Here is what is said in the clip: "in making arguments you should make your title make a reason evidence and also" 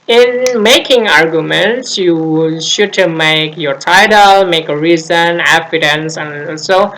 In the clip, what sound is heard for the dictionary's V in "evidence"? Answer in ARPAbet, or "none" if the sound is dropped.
F